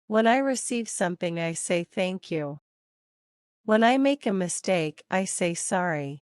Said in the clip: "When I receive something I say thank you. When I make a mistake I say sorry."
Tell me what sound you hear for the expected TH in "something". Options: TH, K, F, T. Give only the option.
TH